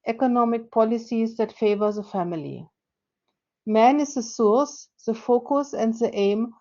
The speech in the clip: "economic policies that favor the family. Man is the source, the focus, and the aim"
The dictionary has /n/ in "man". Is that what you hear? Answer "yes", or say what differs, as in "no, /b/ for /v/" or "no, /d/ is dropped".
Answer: yes